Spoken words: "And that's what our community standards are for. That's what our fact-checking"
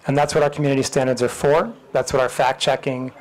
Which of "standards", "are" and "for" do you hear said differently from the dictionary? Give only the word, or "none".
none